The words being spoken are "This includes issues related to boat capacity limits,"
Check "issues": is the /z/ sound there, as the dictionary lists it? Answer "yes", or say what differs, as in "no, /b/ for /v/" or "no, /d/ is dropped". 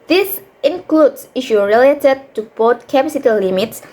no, /z/ is dropped